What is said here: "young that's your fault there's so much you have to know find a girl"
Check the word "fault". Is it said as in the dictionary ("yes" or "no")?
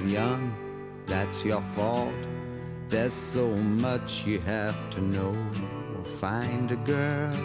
yes